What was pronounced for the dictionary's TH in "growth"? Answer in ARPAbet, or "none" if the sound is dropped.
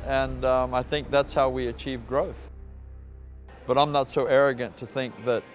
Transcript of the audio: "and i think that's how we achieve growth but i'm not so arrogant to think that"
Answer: TH